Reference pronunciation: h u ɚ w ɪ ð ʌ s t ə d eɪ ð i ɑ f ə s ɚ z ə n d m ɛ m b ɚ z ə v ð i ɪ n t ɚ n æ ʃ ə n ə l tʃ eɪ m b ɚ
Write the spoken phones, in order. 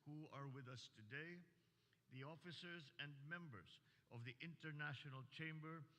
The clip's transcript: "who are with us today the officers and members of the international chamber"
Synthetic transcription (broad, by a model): h u ɚ w ɪ ð ʌ s t ə d eɪ ð i ɑ f ə s ɚ z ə n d m ɛ m b ɚ z ə v ð i ɪ n t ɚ n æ ʃ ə n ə l tʃ eɪ m b ɚ